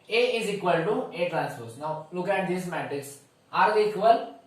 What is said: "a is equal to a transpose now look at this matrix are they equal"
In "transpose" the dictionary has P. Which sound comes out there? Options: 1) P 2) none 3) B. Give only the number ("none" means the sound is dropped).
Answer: 2